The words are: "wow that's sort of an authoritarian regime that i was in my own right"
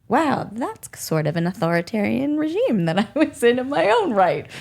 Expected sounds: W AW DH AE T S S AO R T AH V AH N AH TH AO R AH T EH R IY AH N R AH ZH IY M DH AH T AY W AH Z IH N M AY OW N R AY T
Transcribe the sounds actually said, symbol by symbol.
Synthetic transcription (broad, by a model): W AW DH AE T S S AO R T AH V AH N AH TH AO R AH T EH R IY AH N R AH ZH IY M DH AH T AY W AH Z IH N M AY OW N R AY T